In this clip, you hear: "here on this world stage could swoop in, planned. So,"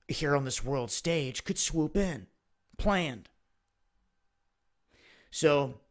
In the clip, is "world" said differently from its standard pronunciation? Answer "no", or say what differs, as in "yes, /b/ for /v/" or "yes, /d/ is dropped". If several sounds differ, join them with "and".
no